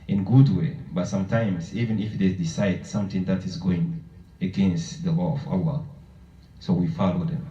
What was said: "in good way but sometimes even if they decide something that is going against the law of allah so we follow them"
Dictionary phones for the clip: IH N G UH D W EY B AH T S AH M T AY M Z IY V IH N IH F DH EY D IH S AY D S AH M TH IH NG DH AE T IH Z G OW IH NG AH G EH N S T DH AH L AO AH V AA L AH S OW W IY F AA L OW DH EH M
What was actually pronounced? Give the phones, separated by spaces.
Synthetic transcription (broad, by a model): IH N G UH D W EY B AH T S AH M T AY M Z IY V IH N IH F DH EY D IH S AY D S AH M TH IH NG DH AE T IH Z G OW IH NG AH G EH N S T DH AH L AO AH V AA L AH S OW W IY F AA L OW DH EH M